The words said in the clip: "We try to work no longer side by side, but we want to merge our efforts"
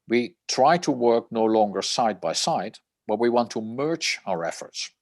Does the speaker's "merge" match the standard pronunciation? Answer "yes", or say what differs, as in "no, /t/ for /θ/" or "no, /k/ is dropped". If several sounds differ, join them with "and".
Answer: no, /tʃ/ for /dʒ/